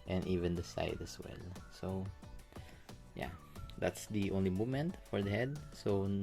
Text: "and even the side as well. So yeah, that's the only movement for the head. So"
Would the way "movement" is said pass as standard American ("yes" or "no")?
no